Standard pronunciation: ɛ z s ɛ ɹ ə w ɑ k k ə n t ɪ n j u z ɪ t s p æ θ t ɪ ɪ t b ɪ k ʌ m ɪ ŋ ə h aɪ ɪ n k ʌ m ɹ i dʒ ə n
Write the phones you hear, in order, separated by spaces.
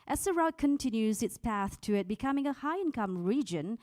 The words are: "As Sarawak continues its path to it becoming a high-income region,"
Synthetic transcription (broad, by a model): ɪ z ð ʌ ɹ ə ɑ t k ə n t ɪ n j u z ɪ t s p æ θ t ɪ ɪ t b ɪ k ʌ m ɪ ŋ ə h aɪ ɪ n k ʌ m ɹ i dʒ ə n